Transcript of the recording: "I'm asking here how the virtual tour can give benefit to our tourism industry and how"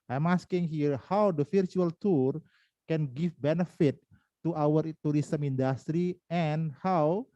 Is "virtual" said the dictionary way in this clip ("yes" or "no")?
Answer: no